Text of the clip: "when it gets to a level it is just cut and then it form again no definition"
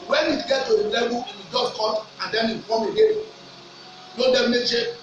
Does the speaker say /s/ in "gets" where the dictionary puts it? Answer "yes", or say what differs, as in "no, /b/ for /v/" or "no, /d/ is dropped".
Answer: no, /s/ is dropped